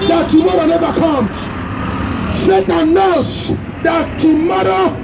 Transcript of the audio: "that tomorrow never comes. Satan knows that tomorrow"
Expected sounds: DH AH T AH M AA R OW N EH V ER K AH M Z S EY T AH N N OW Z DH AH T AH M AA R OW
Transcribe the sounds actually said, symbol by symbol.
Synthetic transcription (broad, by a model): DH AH T AH M AA R OW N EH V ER K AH M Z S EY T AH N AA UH S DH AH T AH M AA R OW